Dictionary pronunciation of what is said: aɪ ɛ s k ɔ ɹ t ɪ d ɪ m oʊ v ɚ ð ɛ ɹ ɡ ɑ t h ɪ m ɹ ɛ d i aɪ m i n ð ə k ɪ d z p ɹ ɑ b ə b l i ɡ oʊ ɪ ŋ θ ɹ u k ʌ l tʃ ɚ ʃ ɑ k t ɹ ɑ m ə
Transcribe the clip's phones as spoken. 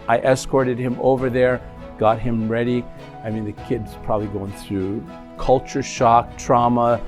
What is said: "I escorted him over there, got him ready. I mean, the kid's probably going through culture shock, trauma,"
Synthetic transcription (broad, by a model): aɪ ɛ s k ɔ ɹ t ɪ d ɪ m oʊ v ɚ ð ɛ ɹ ɡ ɑ t h ɪ m ɹ ɛ d i aɪ m i n ð ə k ɪ d z p ɹ ɑ b ə b l i ɡ oʊ ɪ ŋ θ ɹ u k ʌ l tʃ ɚ ʃ ɑ k t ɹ ɑ m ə